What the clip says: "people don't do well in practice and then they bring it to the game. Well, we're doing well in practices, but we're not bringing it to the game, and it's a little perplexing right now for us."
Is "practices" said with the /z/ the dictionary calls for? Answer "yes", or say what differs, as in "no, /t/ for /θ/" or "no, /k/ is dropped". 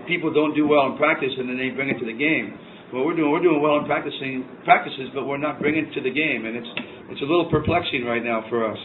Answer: yes